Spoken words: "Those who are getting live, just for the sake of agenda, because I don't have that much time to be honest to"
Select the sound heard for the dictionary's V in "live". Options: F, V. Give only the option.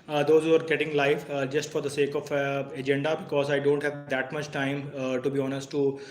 F